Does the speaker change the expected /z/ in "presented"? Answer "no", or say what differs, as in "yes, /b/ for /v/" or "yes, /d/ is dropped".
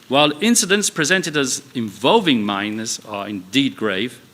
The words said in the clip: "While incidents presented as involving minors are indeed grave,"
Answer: no